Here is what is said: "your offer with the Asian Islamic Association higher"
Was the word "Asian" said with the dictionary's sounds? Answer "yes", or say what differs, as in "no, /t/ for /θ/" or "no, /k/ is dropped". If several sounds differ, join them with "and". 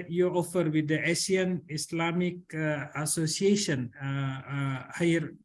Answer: no, /s/ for /ʒ/